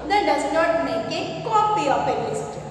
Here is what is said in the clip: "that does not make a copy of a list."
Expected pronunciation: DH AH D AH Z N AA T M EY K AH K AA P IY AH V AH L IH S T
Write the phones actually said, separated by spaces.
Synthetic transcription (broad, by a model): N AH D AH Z N AA T M EY K AH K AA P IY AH P AH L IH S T